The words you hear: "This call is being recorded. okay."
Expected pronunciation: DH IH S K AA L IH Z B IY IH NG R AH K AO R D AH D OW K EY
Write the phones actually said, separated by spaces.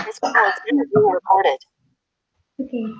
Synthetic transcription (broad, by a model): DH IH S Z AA N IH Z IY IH R AH K AO R D AH D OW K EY